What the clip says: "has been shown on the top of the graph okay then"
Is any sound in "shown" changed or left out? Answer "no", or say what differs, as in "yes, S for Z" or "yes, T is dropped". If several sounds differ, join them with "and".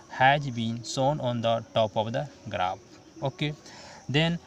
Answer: yes, S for SH